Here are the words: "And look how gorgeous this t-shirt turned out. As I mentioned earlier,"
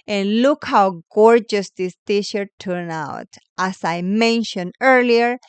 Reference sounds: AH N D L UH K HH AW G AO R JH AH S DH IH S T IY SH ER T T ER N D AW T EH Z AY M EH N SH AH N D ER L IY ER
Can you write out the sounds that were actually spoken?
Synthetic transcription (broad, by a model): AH N L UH K HH AW G AO R JH AH S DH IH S T IY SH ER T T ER N AW T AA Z AY M EH N SH AH N D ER L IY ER